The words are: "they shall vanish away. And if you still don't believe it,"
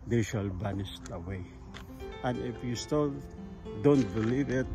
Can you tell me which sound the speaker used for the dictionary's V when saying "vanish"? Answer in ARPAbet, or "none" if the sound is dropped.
B